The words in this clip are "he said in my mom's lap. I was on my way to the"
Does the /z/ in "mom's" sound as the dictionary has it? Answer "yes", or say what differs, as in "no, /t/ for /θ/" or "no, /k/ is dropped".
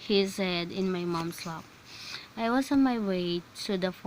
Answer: no, /s/ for /z/